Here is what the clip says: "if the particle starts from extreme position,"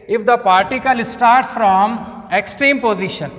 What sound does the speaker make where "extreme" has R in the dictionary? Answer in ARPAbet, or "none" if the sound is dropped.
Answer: R